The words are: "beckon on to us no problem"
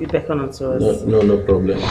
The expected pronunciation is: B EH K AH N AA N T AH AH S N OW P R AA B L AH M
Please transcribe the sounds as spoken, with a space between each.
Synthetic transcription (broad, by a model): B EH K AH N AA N S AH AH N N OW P R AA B L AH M